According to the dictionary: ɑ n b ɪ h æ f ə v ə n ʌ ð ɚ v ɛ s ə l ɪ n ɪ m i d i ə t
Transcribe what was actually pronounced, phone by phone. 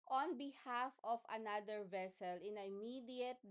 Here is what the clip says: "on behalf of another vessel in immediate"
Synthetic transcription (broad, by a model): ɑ n b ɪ h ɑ f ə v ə n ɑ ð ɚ v ɛ s ə l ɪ n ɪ m i d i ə t